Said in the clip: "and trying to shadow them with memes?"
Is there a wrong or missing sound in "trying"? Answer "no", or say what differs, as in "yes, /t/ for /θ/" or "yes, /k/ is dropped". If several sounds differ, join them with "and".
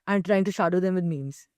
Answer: no